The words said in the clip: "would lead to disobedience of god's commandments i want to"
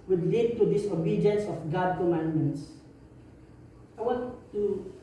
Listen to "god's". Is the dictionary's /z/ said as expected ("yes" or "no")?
no